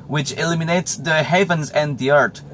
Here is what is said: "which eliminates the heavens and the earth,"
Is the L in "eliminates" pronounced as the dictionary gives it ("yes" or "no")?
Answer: yes